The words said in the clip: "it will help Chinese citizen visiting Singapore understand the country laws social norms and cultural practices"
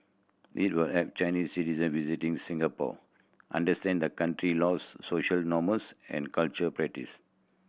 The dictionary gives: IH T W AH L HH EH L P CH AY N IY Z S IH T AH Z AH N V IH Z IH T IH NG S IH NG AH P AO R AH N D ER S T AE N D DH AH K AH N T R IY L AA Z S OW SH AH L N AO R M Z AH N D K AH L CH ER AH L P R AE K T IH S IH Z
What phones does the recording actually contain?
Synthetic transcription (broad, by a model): IH T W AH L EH P CH AY N IY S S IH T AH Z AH N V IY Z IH T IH NG S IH NG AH P AO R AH N D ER S T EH N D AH K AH N T R IY L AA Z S OW SH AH L N AO M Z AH N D K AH L CH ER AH P R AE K T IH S